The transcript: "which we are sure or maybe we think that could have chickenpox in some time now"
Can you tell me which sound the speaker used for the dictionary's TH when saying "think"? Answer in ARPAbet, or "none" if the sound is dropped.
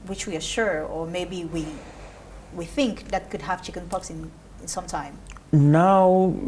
TH